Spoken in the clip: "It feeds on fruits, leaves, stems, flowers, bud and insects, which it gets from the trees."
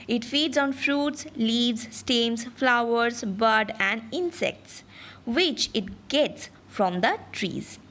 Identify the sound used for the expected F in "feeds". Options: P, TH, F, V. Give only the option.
F